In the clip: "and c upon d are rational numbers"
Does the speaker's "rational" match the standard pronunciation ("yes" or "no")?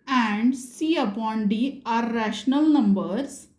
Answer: yes